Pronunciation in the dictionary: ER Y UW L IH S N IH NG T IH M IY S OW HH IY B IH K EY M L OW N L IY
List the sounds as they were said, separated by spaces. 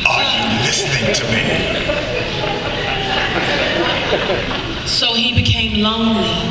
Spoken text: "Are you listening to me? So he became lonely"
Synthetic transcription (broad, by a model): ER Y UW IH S IH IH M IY S OW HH IY B IH K EY M L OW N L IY